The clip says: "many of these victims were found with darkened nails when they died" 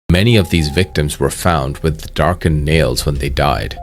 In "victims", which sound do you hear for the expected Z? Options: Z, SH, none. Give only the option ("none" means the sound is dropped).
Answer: Z